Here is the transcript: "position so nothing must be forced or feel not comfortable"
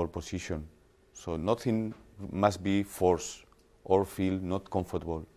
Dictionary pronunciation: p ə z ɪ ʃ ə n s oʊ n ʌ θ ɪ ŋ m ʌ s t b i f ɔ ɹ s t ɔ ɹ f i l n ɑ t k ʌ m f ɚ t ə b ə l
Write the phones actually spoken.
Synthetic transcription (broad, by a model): p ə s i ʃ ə n s oʊ n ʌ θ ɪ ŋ m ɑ s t b i f ɔ ɹ s t ɔ ɹ f i l n ɑ t k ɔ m f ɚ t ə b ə l